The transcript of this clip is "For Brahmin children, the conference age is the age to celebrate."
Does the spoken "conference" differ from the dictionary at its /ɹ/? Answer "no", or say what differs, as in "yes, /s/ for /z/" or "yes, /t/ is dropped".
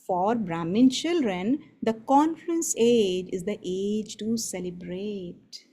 yes, /l/ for /ɹ/